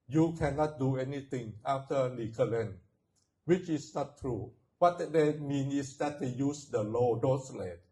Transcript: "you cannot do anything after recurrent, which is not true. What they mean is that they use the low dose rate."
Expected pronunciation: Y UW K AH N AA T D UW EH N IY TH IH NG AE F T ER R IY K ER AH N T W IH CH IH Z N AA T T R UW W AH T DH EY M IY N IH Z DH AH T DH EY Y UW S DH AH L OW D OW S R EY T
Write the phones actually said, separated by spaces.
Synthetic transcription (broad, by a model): Y UW K AH N AA T D UW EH N IY T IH NG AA F T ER L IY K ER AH N W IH CH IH S N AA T T R UW W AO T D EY M IY N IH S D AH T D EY Y UW S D AH L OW D OW S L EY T